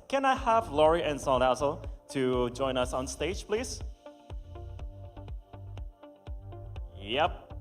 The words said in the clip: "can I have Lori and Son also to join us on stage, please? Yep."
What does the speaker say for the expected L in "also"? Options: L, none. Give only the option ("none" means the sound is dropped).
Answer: none